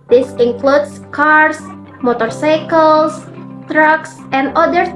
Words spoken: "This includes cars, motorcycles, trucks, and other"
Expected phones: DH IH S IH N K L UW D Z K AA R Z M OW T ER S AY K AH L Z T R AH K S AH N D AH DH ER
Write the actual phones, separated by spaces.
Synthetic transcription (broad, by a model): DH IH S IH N K L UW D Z K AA R S M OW T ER S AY K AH L S T R AH K S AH N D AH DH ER